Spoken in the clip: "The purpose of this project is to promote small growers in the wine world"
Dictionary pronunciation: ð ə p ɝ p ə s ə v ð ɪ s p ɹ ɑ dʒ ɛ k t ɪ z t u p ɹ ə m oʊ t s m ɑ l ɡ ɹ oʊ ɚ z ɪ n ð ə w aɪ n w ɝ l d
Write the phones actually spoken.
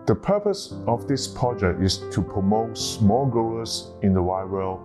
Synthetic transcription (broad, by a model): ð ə p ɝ p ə s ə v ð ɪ s p ɹ ɑ dʒ ɛ k t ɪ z t u p ɹ ə m oʊ t s m ɑ l ɡ oʊ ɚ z ɪ n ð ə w aɪ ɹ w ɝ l